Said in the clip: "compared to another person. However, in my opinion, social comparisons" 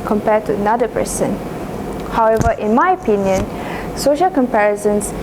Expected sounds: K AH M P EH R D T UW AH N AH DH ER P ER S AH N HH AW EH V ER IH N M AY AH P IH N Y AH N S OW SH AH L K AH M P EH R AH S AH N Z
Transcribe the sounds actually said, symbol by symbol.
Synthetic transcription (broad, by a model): K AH M P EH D T UW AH N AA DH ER P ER S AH N HH AW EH V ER IH N M AY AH P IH N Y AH N S OW SH AH L K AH M P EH R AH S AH N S